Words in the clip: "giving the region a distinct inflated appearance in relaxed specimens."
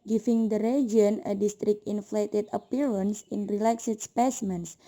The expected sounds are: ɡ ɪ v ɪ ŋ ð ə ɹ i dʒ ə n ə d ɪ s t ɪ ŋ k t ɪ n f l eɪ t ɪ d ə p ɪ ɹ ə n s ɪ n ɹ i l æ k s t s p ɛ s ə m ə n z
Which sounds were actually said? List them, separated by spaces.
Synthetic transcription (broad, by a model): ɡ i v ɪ ŋ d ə ɹ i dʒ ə n ə d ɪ s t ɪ k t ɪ n f l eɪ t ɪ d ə p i ɹ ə n s ɪ n ɹ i l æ k s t s p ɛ s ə m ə n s